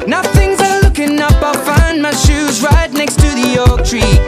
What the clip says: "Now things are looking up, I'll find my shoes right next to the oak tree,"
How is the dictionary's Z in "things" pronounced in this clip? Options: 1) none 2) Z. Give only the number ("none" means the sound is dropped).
2